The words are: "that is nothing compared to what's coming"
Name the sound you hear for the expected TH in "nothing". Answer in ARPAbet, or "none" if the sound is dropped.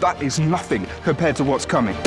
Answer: TH